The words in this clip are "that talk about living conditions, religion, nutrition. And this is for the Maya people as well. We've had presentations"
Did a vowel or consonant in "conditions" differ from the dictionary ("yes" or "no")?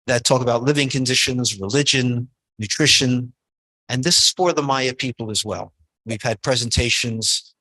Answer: no